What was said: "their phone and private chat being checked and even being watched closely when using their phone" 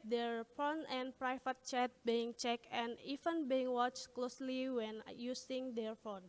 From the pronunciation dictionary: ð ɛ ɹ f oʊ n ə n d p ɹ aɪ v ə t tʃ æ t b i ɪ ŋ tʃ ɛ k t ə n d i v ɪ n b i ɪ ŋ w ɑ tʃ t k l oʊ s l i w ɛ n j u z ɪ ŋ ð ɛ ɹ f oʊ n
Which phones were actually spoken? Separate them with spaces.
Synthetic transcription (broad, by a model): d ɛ ɹ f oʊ n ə n p ɹ aɪ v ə t tʃ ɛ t b i ɪ ŋ tʃ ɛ k ə n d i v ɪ n b i ɪ ŋ w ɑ tʃ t k l oʊ s l i w ɛ n j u s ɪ ŋ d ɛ ɹ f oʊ n